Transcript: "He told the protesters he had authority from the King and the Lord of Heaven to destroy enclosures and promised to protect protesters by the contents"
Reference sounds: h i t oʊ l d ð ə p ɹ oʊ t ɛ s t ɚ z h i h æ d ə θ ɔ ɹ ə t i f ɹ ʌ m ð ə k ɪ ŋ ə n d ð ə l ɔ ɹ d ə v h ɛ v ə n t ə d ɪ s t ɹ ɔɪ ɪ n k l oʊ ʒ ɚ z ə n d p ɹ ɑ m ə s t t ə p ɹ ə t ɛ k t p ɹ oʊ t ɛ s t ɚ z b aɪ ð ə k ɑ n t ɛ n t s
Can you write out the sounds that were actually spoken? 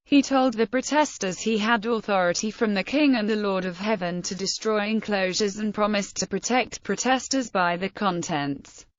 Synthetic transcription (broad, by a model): h i t oʊ l d ð ə p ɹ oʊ t ɛ s t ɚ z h i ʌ d ə θ ɔ ɹ ə t i f ɹ ʌ m ð ə k ɪ ŋ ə n ð ə l ɔ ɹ d ə v h ɛ v ə n t ə d ɪ s t ɹ ɔɪ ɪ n k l oʊ ʒ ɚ z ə n p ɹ ɑ m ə s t t ə p ɹ ə t ɛ k t p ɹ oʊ t ɛ s t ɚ z b aɪ ð ə k ɑ n t ɛ n t s